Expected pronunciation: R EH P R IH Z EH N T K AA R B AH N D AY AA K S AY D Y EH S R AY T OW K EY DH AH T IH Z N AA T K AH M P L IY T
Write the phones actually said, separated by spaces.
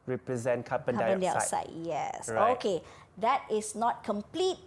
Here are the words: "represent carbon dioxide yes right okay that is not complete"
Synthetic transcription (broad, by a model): R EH P R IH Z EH N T K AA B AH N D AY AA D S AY Y EH S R OW K EY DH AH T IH S N AA T K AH M P L IY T